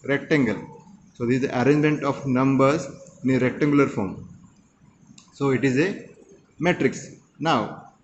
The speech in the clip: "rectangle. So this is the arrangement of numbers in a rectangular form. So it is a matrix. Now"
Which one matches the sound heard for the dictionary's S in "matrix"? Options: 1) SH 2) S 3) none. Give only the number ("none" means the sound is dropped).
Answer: 2